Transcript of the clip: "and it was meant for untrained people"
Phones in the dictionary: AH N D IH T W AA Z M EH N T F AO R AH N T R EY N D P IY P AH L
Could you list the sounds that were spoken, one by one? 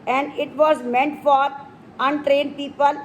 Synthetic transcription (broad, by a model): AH N D IH T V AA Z M EH N T F AO R AH N T R EY N D P IY P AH L